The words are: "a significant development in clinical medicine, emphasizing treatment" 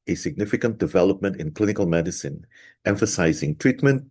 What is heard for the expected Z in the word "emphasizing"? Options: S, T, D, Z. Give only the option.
Z